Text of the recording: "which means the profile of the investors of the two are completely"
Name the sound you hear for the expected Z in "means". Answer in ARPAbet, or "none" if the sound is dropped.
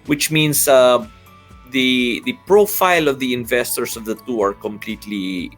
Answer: S